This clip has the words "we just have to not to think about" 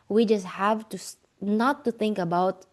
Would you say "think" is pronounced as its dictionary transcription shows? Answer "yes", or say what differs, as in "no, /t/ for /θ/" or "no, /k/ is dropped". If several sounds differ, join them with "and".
yes